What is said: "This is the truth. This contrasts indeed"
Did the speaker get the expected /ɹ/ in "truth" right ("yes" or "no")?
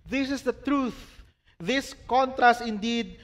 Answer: yes